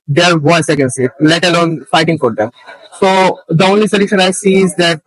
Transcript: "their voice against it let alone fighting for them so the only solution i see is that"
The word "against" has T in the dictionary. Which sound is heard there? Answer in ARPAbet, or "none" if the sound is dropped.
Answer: none